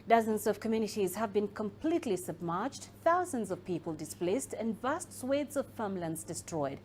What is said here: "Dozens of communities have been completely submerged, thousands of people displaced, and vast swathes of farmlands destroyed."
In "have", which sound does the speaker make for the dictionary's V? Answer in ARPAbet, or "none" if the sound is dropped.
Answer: V